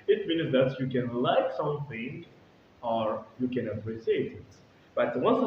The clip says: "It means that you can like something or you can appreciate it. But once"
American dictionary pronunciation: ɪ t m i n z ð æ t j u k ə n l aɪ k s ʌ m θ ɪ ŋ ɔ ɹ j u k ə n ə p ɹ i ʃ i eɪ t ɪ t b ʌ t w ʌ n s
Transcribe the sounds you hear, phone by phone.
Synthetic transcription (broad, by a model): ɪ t m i n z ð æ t j u k ə n l aɪ k s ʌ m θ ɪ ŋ ɔ ɹ j u k ə n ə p ɹ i s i eɪ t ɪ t b ʌ t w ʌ n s